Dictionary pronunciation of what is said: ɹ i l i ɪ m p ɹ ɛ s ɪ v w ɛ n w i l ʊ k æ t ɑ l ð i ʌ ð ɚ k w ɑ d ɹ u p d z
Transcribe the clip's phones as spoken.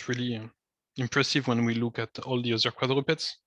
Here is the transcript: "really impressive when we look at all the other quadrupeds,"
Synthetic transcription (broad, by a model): ɹ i l i ɪ m p ɹ ɛ s ɪ v w ɛ n w i l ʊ k æ t ɑ l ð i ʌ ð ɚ k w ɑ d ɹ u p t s